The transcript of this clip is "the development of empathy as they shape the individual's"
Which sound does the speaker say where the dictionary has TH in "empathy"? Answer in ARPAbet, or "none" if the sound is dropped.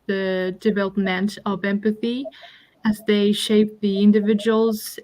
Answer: TH